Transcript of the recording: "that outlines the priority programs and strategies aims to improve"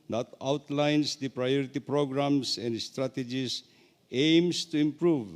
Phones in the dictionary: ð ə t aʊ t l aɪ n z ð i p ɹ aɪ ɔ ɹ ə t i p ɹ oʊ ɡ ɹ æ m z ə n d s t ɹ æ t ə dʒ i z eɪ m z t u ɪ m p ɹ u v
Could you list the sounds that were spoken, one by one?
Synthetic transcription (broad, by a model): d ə t aʊ t l aɪ n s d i p ɹ aɪ ɔ ɹ ə t i p ɹ oʊ ɡ ɹ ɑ m s ə n d s t ɹ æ t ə dʒ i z eɪ m s t u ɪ m p ɹ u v